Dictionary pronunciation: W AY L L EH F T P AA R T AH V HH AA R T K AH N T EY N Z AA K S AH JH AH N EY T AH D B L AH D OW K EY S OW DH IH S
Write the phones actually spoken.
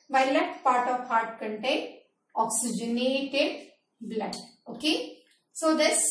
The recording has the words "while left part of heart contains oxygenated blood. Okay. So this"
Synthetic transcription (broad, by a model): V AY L L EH T P AA R T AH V HH AA R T K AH N T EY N AA K S AH JH AH N EY T AH D B L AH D OW K EY S OW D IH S